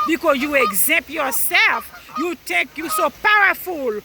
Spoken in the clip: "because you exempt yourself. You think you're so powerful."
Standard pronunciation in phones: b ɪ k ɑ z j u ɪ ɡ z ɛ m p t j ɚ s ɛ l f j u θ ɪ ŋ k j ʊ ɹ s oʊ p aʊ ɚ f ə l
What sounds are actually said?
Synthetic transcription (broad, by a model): b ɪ k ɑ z j u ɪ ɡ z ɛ m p j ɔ s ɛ l f j u t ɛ k j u s oʊ p aʊ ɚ f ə l